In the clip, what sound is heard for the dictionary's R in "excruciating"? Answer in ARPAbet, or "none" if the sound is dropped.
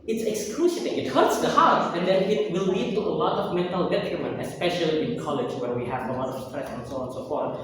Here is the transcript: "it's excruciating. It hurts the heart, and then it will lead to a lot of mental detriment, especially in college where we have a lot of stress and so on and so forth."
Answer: L